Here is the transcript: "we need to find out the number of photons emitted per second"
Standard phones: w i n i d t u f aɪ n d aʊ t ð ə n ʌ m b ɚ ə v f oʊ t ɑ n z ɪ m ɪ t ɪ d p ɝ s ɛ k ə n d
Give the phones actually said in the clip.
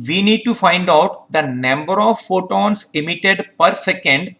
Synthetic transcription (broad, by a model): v i n i d t u f aɪ n d aʊ t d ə n ʌ m b ɚ ə v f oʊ t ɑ n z ɪ m ɪ t ɪ d p ɝ s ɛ k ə n d